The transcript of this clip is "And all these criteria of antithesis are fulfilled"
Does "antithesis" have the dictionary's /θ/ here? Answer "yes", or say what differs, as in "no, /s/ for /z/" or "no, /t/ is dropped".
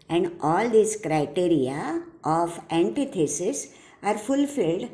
no, /t/ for /θ/